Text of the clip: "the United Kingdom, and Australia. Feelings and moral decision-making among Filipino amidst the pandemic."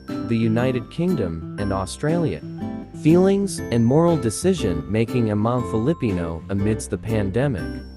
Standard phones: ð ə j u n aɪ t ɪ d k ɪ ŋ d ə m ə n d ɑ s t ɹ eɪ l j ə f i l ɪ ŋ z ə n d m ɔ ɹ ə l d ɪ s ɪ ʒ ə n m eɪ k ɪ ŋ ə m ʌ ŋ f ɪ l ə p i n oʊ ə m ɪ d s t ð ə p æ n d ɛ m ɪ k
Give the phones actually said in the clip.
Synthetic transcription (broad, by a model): ð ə j u n aɪ t ɪ d k ɪ ŋ d ə m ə n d ɑ s t ɹ eɪ l j ə f i l ɪ ŋ z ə n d m ɔ ɹ l d ɪ s ɪ ʒ ə n m eɪ k ɪ ŋ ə m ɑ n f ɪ l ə p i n oʊ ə m ɪ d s ð ə p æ n d ɛ m ɪ k